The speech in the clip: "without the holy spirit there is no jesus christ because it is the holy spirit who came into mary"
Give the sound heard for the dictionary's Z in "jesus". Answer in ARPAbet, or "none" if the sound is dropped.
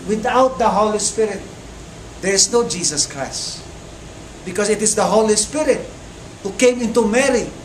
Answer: S